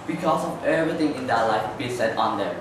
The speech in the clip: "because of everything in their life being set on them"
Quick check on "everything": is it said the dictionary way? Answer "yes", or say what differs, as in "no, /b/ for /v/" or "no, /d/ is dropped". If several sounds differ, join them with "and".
no, /t/ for /θ/